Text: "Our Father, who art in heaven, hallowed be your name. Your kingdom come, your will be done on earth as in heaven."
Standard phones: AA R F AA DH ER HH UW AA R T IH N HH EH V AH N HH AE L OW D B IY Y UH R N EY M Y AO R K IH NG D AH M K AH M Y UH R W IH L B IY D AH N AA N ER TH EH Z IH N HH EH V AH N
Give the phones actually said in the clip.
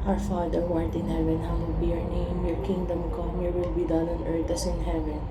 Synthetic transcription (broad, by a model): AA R F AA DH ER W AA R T IH N HH EH V AH N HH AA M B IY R N EY M Y AO R K IH NG D AH M K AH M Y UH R W IH L B IY D AH N AA N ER T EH S IH N HH EH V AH N